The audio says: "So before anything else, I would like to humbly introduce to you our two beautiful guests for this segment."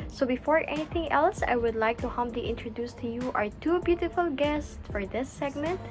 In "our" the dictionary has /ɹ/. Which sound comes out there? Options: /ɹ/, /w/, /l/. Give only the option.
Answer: /ɹ/